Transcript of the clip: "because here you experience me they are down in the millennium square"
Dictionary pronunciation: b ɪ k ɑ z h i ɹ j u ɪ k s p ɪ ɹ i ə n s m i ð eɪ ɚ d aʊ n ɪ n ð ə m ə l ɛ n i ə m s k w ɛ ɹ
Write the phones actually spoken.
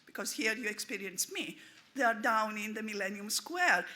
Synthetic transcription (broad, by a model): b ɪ k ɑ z h i ɹ j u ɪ k s p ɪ ɹ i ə n s m i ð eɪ ɚ d aʊ n ɪ n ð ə m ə l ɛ n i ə m s k w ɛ ɹ